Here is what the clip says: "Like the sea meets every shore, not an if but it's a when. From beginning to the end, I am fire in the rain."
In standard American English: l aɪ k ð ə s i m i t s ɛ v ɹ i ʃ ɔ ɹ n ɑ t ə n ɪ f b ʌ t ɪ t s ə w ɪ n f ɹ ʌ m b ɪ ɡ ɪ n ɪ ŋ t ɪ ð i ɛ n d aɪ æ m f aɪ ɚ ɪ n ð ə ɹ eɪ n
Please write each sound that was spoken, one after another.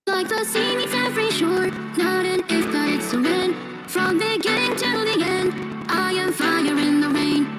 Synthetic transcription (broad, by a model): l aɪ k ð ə s i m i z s ɛ v ɹ i ʃ ɔ ɹ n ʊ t ə n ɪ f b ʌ t ɪ t s ə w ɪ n f ɹ ʌ m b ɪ ɡ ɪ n ɪ ŋ t ɪ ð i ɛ n d aɪ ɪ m f aɪ ɚ ɪ n ð ə ɹ eɪ n